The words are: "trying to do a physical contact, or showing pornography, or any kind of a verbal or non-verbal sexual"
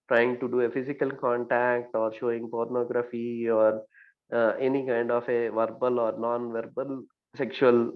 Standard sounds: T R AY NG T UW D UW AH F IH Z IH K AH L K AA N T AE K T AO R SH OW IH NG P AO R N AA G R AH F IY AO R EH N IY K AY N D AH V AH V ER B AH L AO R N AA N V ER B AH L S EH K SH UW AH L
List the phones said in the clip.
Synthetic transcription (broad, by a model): T R AY NG T UW D UW AH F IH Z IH K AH L K AA N T AE K T AO R SH OW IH NG P AO R N AA G R AH F IY AO R EH N IY K AY N D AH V AH V ER B AH L AO R N AA N V ER B AH L S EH K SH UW AH L